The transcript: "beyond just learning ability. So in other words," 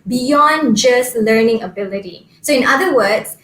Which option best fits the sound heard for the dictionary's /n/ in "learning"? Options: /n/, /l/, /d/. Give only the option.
/n/